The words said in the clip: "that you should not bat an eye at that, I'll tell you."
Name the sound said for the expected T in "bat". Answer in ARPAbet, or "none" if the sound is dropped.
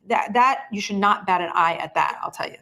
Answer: T